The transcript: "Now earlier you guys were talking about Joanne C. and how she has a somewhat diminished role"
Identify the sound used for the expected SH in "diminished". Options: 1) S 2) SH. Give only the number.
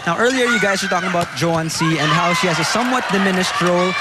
1